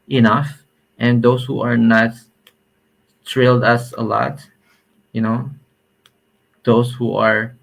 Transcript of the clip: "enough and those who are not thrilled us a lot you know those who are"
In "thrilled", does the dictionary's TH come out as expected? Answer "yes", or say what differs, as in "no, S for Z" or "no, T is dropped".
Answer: no, T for TH